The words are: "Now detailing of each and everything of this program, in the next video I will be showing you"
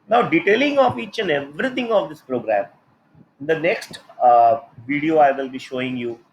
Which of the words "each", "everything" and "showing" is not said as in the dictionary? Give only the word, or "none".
everything